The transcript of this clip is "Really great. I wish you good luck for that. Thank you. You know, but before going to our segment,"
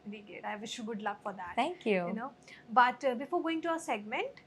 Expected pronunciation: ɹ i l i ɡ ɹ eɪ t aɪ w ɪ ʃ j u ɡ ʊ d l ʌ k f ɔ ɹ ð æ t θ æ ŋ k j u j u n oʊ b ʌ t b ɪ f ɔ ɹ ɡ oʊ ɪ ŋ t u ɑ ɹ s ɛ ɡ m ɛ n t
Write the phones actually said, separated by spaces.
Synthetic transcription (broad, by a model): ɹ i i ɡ eɪ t aɪ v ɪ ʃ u ɡ ʊ d l ʌ k f ɔ ɹ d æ t t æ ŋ k j u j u n oʊ b ʌ t b ɪ f ɔ ɹ ɡ oʊ ɪ ŋ t u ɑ s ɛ ɡ m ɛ n t